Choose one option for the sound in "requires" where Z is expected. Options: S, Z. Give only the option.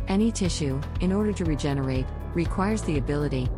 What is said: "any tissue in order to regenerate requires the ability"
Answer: Z